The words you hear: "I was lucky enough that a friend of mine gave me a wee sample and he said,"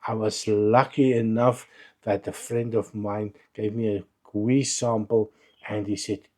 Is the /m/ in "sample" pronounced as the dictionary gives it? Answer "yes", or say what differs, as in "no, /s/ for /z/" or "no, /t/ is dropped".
yes